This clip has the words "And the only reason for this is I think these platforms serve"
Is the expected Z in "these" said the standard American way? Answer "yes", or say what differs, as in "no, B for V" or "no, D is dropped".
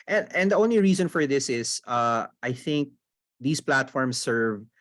no, S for Z